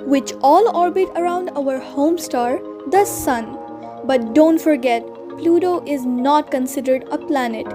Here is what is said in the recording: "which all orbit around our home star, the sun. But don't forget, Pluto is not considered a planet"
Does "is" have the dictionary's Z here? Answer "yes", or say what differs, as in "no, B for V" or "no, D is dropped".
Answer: yes